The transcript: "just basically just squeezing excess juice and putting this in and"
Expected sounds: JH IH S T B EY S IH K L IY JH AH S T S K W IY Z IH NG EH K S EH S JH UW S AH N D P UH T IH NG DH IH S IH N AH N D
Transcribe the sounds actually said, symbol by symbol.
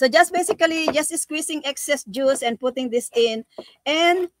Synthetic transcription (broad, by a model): JH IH S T B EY S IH K L IY JH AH S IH S K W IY S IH NG EH K S EH S JH UW S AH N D P UH T IH NG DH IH S IH N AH N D